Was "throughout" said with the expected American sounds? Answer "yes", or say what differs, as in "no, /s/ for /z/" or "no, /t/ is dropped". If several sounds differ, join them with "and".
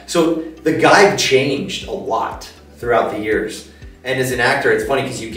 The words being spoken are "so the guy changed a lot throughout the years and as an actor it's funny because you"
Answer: yes